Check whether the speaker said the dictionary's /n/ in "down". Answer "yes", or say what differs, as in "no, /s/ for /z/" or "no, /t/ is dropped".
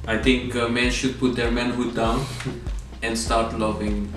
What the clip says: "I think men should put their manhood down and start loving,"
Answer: yes